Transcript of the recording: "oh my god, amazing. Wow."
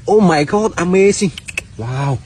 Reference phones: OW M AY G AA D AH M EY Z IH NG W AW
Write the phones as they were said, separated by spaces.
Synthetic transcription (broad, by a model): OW M AY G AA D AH M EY S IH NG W AW